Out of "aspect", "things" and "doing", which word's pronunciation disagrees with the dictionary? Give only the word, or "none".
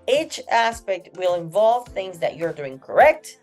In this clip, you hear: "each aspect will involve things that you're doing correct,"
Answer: none